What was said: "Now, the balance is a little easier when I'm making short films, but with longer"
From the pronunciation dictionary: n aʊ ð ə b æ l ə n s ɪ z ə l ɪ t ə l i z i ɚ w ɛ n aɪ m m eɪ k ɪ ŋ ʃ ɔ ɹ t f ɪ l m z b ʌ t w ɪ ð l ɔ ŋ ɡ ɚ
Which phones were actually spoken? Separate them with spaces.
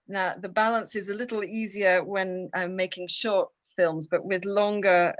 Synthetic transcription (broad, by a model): n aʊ ð ə b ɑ l ə n s ɪ z ə l ɪ t l i z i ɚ w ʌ n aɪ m m eɪ k ɪ ŋ ʃ ɔ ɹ t f ɪ l m z b ʌ t w ɪ ð l ɔ ŋ ɡ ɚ